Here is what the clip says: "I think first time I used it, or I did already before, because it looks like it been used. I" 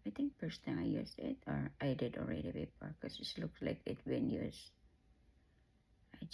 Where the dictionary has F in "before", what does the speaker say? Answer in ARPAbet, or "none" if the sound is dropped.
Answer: P